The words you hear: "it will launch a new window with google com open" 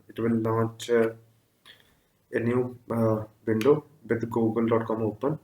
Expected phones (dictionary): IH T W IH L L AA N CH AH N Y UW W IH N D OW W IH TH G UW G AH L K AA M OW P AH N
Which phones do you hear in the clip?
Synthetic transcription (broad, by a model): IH T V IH L N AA CH AH N Y UW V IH N D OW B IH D G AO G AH L K AA M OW P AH N